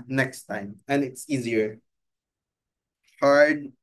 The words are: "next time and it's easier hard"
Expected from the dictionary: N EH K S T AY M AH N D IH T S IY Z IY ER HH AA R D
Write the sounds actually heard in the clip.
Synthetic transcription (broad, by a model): N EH K S T AY M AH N IH T S IY Z IY ER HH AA R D